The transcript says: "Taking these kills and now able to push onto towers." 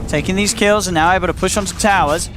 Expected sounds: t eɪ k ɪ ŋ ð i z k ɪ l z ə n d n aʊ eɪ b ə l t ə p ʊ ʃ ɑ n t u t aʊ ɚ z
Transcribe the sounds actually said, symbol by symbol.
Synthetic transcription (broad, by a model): t eɪ k ɪ ŋ ð i z k ɪ l z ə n n aʊ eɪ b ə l t ə p ʊ ʃ n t t aʊ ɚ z